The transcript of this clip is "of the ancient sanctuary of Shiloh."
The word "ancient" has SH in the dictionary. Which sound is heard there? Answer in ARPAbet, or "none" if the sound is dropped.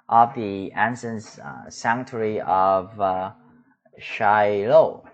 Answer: S